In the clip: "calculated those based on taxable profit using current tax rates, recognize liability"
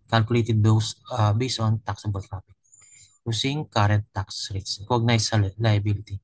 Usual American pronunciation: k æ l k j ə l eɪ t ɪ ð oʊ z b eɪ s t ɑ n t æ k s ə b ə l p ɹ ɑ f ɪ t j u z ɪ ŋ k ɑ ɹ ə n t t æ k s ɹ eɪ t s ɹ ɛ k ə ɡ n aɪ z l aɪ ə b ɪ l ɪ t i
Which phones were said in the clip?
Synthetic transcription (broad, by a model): k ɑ l k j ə l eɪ t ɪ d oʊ s b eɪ s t ɑ n t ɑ k s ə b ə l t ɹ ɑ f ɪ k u s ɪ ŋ k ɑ ɹ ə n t t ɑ k s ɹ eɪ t s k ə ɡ n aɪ s l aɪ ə b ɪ l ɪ t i